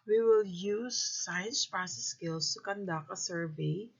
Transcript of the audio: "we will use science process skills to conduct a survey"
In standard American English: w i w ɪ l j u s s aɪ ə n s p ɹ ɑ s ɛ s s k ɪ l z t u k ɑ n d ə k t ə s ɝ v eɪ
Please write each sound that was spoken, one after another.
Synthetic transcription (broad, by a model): w i w ɪ l j u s s aɪ ə n s p ɹ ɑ s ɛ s s k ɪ l s t u k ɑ n d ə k ə s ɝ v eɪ